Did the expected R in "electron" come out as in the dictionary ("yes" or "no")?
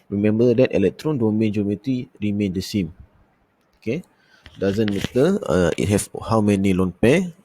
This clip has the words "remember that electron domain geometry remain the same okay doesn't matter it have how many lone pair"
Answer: yes